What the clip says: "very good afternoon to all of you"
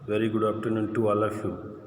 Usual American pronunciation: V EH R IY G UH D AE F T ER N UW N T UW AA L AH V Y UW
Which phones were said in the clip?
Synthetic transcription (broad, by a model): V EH R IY G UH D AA P T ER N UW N T UW AA L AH F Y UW